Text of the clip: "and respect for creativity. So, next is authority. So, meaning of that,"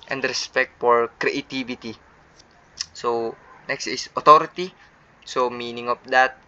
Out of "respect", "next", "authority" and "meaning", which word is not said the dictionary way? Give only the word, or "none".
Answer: authority